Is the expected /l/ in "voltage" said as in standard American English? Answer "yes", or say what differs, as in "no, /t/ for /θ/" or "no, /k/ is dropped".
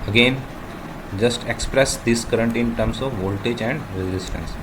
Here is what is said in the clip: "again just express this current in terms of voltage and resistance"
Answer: yes